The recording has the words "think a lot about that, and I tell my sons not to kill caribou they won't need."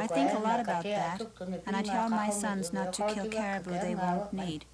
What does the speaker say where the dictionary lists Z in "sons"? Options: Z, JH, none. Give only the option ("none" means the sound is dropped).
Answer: Z